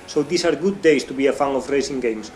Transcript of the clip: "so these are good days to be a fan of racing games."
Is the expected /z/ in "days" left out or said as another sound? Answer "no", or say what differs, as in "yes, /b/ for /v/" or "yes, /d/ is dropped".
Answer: yes, /s/ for /z/